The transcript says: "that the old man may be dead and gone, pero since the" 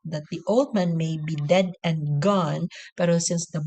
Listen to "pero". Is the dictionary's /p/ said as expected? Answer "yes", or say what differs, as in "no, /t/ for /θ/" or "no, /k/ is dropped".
yes